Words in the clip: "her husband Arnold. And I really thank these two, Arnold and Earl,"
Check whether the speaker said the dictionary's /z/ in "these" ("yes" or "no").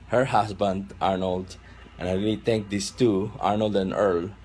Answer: no